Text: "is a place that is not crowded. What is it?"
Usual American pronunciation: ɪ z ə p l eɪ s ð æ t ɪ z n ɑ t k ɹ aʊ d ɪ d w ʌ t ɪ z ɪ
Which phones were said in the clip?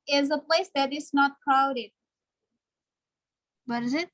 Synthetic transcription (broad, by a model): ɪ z ə p l eɪ s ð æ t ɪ s n ɑ t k aʊ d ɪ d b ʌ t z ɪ